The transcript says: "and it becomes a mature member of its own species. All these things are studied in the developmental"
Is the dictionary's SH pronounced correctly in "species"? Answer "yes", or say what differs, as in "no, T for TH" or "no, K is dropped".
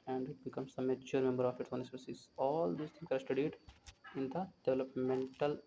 no, S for SH